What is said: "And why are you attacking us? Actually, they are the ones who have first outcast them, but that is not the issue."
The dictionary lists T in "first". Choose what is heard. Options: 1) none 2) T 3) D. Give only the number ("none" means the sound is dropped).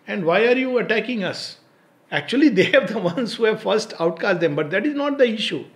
2